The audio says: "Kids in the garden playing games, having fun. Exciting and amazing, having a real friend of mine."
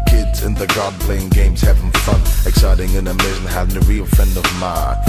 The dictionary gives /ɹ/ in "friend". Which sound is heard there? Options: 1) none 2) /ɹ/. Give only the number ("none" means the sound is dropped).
1